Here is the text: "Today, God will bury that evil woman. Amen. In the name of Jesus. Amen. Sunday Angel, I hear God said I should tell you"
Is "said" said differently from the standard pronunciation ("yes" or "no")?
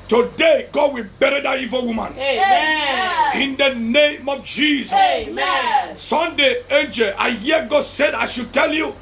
no